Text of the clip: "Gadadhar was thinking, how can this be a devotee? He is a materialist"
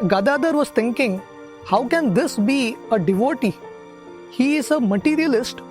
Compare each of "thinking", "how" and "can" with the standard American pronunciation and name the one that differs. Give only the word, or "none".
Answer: thinking